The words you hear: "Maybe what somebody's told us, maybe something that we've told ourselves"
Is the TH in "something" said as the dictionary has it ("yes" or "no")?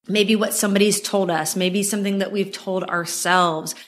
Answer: yes